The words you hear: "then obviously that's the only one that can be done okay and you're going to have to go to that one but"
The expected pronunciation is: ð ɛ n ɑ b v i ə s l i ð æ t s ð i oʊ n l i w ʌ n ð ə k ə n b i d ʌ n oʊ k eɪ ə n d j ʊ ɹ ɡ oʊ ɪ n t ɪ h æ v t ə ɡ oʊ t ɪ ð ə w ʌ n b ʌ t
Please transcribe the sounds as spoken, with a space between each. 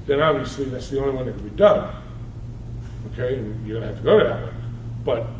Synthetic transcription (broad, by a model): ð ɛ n ɑ b v i ə s l i ð æ t s ð i oʊ l i w ʌ n ð ə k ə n b i d ʌ n oʊ k eɪ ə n j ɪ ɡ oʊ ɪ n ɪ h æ f t ə ɡ oʊ t ɪ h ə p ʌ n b ʌ t